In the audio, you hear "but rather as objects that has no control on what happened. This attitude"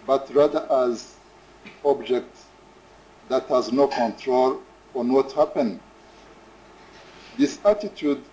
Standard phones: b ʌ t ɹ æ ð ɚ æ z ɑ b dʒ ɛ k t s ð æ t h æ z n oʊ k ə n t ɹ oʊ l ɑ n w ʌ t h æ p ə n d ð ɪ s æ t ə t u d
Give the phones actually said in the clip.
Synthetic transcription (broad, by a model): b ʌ t ɹ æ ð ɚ æ z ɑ b dʒ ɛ k t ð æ t h æ z n oʊ k ə n t ɹ oʊ l ɑ n w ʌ t h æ p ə n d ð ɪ s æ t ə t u d